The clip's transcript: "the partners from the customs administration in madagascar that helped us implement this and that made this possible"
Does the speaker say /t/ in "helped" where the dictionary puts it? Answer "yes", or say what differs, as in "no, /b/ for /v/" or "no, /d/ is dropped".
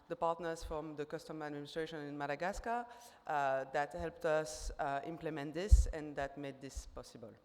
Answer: yes